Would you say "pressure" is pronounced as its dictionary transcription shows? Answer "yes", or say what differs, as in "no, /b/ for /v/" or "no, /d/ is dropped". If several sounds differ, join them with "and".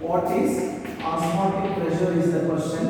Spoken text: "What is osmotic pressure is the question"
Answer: no, /l/ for /ɹ/